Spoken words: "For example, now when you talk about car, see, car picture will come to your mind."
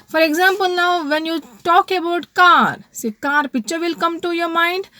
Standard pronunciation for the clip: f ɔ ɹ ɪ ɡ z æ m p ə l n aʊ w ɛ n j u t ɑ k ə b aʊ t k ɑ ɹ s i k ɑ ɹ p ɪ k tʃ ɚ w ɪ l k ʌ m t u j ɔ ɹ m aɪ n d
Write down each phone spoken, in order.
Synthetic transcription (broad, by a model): f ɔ ɹ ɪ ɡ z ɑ m p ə l n aʊ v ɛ n j u t ɑ k ə b aʊ t k ɑ ɹ s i k ɑ ɹ p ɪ tʃ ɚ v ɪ l k ʌ m t u j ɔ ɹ m aɪ n d